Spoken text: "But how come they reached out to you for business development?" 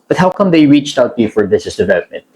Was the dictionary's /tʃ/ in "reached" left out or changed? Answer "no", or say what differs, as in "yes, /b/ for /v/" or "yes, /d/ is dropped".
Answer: no